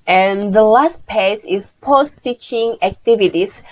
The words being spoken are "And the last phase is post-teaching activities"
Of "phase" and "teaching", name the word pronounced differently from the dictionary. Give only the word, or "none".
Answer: phase